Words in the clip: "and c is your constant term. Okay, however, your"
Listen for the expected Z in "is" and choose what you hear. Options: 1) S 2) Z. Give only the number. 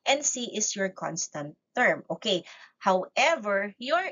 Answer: 1